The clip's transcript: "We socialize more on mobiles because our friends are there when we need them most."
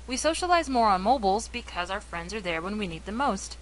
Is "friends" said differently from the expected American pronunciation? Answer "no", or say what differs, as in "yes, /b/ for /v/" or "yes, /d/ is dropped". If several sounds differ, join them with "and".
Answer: no